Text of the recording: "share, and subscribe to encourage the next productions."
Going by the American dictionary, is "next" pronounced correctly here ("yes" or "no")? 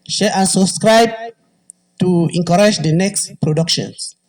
yes